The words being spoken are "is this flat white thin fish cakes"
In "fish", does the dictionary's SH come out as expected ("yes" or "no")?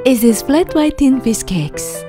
no